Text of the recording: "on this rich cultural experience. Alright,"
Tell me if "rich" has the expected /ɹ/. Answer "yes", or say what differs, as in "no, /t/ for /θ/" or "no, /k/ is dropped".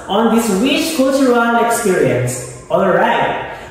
no, /w/ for /ɹ/